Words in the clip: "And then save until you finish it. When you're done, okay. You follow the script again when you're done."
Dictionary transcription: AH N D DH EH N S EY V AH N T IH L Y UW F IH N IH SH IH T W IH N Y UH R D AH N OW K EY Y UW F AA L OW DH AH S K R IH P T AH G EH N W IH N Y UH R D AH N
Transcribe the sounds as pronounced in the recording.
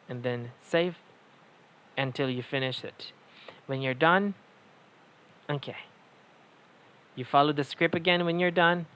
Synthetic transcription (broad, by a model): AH N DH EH N S EY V AH N T IH L Y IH F IH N IH SH IH T W IH N Y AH R D AH N OW K EY Y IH F AA L OW DH AH S K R IH P AH G EH N W IH N Y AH R D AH N